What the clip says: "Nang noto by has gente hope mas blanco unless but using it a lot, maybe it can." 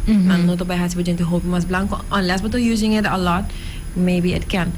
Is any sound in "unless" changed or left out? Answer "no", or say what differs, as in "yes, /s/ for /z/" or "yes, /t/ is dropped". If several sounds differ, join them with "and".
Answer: no